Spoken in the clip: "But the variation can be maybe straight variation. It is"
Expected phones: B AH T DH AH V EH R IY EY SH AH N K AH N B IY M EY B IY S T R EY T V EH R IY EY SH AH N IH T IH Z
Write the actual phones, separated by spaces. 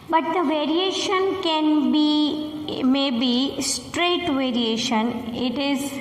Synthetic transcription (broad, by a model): B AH T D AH V EH R IY EY SH AH N K AH N B IY M EY B IY S T R EY T V EH R IY EY SH AH N IH T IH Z